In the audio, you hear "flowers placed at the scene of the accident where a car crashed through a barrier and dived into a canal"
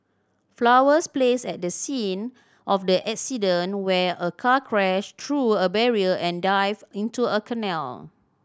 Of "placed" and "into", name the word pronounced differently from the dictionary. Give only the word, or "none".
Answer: placed